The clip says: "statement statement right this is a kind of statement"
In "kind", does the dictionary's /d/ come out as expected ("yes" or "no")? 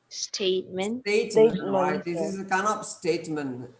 no